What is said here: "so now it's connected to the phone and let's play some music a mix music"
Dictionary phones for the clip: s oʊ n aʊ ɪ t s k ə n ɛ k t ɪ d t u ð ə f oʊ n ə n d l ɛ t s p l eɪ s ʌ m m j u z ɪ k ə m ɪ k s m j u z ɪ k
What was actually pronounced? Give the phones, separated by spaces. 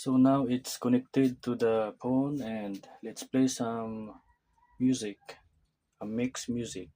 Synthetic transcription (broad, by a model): s oʊ n aʊ ɪ t s k ə n ɛ k t ɪ d t u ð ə p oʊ n ə n d l ɛ t s p l eɪ s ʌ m m j u z ɪ k ə m ɪ k s m j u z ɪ k